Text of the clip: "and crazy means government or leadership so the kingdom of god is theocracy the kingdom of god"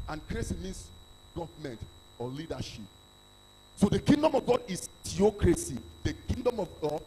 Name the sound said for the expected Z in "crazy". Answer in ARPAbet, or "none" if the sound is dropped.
S